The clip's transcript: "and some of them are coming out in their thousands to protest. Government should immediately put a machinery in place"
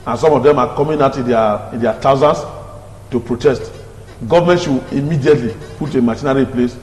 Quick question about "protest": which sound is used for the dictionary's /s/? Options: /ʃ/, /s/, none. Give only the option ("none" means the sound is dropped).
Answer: /s/